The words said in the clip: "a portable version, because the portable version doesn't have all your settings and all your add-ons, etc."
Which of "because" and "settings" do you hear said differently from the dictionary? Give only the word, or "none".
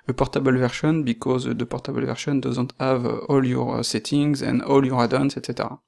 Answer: none